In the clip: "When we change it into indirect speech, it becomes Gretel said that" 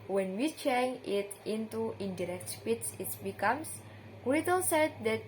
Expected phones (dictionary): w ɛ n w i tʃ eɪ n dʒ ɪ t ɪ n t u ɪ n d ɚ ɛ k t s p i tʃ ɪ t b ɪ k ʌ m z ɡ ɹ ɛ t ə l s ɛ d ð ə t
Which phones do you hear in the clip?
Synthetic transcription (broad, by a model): w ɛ n w i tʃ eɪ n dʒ ɪ t ɪ n t u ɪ n d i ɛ k t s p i s ɪ t b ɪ k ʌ m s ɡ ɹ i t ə l s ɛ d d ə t